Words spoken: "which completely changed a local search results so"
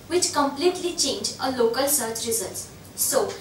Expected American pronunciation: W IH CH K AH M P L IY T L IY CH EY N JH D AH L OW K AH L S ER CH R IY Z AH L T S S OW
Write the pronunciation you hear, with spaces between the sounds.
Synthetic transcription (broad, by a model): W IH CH K AH M P L IY T L IY CH EY N JH AH L OW K AH L S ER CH R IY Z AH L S S OW